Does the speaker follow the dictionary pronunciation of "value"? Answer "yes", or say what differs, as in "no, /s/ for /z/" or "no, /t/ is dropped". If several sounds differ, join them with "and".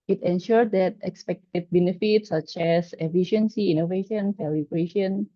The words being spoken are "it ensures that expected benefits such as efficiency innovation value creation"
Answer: no, /f/ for /v/